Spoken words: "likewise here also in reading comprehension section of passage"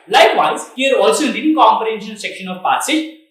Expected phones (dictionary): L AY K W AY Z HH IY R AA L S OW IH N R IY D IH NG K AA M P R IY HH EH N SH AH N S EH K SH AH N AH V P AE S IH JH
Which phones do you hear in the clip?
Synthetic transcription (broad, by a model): L AY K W AY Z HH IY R AA L S OW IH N L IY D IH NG K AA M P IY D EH N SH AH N S EH K SH AH N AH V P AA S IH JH